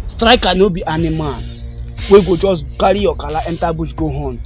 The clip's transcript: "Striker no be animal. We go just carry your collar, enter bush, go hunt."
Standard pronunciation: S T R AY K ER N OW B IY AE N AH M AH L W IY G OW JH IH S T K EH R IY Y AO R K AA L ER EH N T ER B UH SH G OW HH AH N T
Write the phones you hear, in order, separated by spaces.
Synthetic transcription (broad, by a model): S T R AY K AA N OW B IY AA N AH M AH N W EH G OW JH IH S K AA R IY Y AO K AA L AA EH N T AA B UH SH G OW HH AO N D